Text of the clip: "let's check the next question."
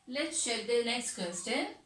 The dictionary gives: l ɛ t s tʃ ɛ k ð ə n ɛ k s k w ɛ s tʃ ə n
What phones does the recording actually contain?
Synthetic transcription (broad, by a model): l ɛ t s ʃ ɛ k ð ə n ɛ k s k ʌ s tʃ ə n